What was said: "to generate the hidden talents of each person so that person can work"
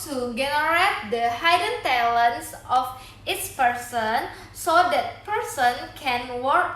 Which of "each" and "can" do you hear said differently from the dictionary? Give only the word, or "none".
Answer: each